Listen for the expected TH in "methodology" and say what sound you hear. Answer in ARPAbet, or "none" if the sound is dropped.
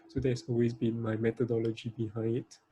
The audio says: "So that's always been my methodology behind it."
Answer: T